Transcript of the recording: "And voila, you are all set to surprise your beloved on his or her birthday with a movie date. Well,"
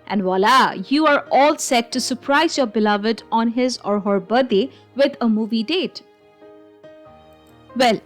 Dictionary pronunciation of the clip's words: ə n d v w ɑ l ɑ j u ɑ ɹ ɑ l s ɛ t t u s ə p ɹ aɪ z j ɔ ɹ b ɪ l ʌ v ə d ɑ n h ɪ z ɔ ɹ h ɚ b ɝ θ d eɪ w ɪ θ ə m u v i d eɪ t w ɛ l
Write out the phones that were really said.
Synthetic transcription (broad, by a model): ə n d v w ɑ l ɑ j u ɑ ɹ ɑ l s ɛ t t u s ə p ɹ aɪ z j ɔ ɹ b ɪ l ʌ v ə d ɑ n h ɪ z ɔ ɹ h ɚ b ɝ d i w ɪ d ə m u v i d eɪ t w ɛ l